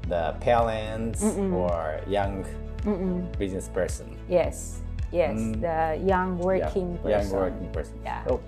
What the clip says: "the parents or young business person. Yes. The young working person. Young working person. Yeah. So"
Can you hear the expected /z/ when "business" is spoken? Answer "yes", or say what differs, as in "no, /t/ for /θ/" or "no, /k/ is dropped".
yes